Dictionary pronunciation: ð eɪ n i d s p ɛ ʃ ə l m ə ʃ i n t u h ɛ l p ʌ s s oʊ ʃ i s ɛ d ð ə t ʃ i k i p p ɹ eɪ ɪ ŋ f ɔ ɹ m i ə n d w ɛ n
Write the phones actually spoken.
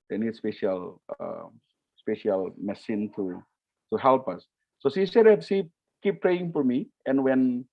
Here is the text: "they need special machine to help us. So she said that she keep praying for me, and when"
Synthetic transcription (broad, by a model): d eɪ n i d s p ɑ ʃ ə l m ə s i n t u h ɛ l p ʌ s s oʊ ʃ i s ɛ d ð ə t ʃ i k i p p ɹ eɪ ɪ ŋ f ɔ ɹ m i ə n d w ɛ n